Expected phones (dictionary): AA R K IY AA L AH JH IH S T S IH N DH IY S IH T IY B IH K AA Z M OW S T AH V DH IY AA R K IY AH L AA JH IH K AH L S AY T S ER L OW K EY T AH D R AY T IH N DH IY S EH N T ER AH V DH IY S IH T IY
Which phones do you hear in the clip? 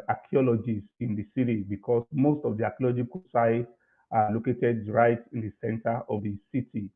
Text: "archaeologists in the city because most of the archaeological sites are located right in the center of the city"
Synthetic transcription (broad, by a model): AA K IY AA L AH JH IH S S IH N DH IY S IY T IY B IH K AA S M OW S T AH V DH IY AA K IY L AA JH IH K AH S AY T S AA L OW K EY T AH D R AY T IH N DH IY S EH N T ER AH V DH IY S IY T IY